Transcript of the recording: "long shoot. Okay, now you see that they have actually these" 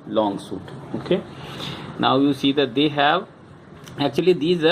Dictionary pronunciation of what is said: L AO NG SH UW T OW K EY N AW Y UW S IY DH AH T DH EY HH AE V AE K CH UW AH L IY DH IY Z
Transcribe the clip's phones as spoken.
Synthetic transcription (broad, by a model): L AO NG S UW T OW K EY N AW Y UW S IY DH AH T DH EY HH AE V AE K CH UW AH L IY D IY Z